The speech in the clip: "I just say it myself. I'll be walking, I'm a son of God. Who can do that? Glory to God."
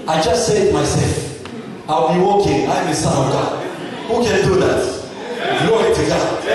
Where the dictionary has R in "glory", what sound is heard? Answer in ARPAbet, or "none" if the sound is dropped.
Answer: none